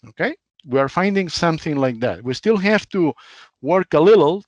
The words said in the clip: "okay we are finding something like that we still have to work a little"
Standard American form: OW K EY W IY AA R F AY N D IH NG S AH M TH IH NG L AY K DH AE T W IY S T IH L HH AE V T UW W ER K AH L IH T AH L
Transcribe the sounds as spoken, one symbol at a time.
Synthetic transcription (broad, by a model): OW K EY W IY AA R F AY N D IH NG S AH M TH IH NG L AY K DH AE T W IY S T IH L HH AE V T UW W ER K AH L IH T L